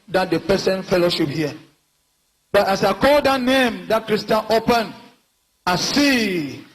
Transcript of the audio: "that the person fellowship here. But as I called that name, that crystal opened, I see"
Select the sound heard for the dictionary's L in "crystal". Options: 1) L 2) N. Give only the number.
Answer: 2